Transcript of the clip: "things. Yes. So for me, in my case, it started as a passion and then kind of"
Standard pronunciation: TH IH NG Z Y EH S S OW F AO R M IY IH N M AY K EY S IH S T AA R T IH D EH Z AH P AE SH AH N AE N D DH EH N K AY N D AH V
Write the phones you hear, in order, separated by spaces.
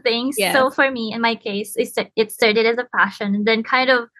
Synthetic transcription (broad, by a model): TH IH NG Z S S OW F AO R M IY IH N M AY K EY S IH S T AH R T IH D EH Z AH P AE SH AH N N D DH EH N K AY N D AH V